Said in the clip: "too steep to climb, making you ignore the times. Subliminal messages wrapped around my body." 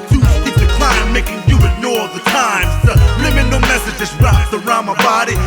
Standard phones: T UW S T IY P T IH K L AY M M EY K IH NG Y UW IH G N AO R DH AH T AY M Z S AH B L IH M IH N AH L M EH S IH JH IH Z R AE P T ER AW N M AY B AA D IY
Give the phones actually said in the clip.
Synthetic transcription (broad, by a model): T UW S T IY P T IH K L AY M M EY K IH NG Y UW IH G N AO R DH AH T AY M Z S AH L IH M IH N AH M EH S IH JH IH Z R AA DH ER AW M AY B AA D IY